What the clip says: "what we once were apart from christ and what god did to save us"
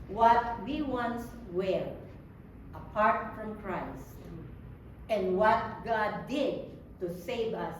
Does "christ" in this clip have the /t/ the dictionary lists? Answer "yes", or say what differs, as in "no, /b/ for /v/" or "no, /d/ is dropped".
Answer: yes